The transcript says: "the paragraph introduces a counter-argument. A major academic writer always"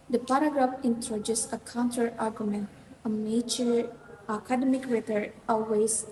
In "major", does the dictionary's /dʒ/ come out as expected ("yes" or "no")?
no